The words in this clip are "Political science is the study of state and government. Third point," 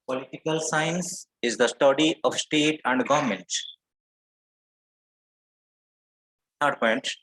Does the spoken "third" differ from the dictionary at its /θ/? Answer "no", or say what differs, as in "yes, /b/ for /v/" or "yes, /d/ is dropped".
yes, /s/ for /θ/